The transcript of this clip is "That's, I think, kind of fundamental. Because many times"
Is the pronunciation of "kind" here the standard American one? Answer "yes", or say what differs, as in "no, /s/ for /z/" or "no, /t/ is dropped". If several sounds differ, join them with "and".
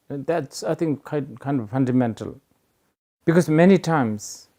yes